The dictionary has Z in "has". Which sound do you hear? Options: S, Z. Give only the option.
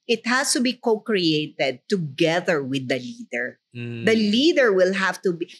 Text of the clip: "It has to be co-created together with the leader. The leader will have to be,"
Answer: S